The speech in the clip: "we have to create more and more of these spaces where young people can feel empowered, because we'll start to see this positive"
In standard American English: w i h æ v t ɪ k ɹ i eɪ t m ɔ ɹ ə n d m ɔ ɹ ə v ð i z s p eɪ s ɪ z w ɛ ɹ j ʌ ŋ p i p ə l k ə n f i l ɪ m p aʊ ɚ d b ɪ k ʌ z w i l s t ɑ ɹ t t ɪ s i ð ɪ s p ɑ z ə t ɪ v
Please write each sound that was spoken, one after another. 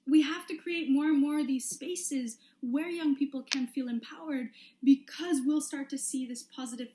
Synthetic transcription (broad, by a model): w i h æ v t ɪ k ɹ i eɪ t m ɔ ɹ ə n m ɔ ɹ ə v ð i z s p eɪ s ɪ z w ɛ ɹ j ʌ ŋ p i p l k ə n f i l ɪ m p aʊ ɚ d b ɪ k ʌ z w i l s t ɑ ɹ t t ɪ s i ð ɪ s p ɑ z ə t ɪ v